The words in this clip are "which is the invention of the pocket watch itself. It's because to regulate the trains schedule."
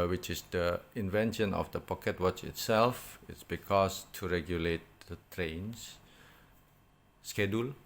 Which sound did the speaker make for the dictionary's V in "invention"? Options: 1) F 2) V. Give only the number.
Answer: 2